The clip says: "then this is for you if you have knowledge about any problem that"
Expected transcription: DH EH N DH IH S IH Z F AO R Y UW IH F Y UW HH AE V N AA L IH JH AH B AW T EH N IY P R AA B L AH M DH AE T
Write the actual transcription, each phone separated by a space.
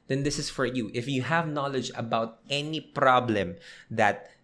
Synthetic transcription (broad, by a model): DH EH N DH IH S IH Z F AO R Y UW IH F Y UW HH AE V N AA L IH JH AH B AW T EH N IY P R AA B L AH M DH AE T